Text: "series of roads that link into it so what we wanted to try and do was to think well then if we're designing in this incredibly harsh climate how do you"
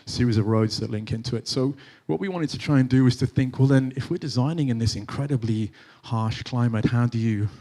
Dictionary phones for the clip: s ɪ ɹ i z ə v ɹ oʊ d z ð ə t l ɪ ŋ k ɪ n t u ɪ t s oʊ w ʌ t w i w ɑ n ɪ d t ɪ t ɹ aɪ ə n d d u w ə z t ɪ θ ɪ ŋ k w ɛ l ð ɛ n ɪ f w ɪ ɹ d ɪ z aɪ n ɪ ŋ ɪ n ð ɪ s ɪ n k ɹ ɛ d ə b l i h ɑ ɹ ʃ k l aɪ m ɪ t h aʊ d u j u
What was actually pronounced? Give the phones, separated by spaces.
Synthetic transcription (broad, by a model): s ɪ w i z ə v ɹ oʊ d z ð ə t l ɪ ŋ k ɪ n t u ɪ t s oʊ w ʌ t w i w ɑ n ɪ d t ɪ t ɹ aɪ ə n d d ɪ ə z t ɪ θ ɪ ŋ k w ɛ l ð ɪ n ɪ f w ɪ ɹ d ɪ z aɪ n ɪ ŋ ɪ n ð ɪ s ɪ n k ɹ ɛ d ə b l i h ɑ ɹ ʃ k l aɪ m ɪ t h aʊ d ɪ j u